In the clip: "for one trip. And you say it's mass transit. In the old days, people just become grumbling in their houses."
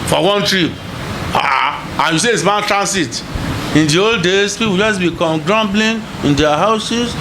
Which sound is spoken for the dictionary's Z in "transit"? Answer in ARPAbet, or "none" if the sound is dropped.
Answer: S